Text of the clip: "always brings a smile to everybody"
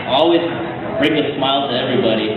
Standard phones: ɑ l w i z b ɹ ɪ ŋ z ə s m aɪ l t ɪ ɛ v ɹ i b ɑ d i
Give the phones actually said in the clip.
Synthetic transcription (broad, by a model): ɑ l w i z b ɹ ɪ ŋ ə s m aɪ l t ɪ ɛ v ɹ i b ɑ d i